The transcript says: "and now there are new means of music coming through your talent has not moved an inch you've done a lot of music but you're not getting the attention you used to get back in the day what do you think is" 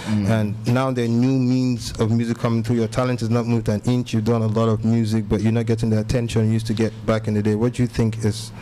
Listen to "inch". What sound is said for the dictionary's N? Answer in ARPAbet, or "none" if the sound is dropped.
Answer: N